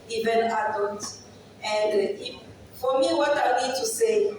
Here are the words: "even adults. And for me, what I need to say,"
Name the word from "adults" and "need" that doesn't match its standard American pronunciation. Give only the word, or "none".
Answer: adults